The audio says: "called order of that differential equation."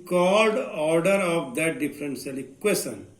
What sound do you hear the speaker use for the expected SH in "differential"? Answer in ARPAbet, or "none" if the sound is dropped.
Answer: S